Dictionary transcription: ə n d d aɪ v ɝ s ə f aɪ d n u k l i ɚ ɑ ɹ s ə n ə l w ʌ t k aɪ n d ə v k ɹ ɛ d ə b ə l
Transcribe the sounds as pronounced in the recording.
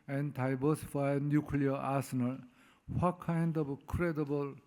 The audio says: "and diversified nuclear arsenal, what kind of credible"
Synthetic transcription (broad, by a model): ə n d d aɪ b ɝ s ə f aɪ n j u k l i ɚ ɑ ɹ s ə n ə l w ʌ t k aɪ n d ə b k ɹ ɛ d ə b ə l